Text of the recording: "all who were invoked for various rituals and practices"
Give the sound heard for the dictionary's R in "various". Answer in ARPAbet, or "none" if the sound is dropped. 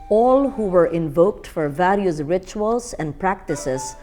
L